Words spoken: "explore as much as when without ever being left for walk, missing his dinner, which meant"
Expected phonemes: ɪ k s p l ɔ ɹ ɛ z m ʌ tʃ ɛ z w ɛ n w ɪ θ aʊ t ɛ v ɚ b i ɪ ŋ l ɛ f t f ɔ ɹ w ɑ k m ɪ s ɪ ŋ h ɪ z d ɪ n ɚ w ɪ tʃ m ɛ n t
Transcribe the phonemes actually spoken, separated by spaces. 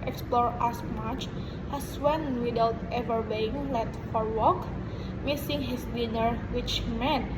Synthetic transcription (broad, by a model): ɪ k s p l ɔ ɹ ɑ s m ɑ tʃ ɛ s w ɛ n w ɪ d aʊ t ɛ v ɚ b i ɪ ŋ l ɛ t f ɔ ɹ w ɑ k m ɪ s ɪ ŋ h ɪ s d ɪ n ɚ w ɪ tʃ m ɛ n